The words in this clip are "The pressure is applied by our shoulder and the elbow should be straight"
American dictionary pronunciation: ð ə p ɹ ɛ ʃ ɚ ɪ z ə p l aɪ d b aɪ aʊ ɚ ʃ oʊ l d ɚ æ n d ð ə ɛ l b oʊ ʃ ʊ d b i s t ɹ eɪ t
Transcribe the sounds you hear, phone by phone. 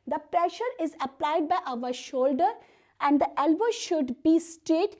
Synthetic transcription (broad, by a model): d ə p ɹ ɛ ʃ ɚ ɪ z ə p l aɪ d b aɪ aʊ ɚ ʃ oʊ l d ɚ æ n d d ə ɛ l b oʊ ʃ ʊ d b i s t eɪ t